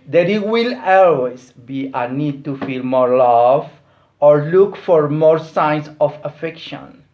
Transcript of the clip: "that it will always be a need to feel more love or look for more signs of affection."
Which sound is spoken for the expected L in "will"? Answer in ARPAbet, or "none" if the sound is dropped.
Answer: L